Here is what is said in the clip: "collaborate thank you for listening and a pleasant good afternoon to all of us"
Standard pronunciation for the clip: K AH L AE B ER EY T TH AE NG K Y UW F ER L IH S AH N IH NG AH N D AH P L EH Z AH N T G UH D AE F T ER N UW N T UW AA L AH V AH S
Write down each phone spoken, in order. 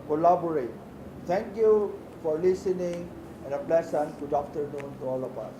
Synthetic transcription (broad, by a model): K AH L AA B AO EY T T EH NG K Y UW F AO L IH S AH N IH NG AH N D AH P L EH S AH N G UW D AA F T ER N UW N T UW AA L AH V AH S